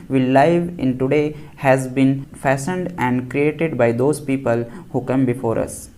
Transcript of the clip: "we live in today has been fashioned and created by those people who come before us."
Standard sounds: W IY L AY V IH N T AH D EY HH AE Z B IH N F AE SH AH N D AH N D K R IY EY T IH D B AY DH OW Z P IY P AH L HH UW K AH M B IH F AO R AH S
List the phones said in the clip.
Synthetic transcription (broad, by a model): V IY L AY V IH N T AH D EY HH AE Z B IH N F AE S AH N D AH N D K R IY EY T IH D B AY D OW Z P IY P AH L HH UW K AH M B IH F AO R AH S